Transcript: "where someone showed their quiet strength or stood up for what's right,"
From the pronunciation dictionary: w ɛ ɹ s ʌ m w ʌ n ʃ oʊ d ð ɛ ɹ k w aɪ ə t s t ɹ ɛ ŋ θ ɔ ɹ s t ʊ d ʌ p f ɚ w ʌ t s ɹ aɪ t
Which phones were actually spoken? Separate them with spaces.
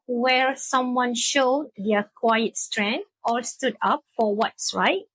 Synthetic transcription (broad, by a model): w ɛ ɹ s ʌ m w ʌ n ʃ oʊ d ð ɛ k w aɪ ə t s t ɹ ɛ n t ɔ l s t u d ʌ p f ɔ w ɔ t s ɹ aɪ t